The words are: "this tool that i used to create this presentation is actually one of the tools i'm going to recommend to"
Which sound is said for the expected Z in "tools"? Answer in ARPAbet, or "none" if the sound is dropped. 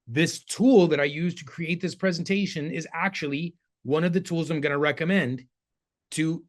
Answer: Z